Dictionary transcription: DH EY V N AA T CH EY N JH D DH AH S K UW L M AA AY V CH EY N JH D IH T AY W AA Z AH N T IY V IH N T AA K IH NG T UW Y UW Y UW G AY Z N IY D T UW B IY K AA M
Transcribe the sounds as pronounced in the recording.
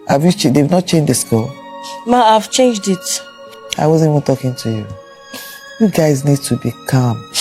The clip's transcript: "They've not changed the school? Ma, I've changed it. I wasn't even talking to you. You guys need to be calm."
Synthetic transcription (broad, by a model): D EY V N AA T CH EY N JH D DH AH S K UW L M AA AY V CH EY N JH D IH T AY W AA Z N IY V IH N T AA K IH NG T UW Y UW Y UW G AY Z N IY D T UW B IY K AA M